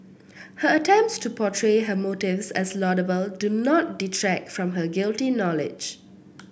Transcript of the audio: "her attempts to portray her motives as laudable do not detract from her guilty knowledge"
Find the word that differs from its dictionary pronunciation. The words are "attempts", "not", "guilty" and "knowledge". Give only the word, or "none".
none